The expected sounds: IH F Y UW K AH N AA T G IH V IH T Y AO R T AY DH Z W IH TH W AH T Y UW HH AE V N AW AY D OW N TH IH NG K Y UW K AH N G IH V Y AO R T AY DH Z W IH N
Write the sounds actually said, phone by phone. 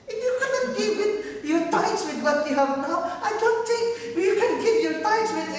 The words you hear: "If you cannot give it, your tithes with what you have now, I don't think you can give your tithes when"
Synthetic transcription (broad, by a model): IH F Y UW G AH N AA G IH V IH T Y AO R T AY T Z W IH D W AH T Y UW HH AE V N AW AY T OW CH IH K Y UW K AH N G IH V Y AO R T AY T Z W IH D